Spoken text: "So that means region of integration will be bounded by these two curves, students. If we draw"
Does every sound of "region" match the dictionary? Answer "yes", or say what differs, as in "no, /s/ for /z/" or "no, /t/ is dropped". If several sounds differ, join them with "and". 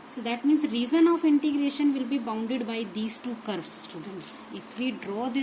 no, /z/ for /dʒ/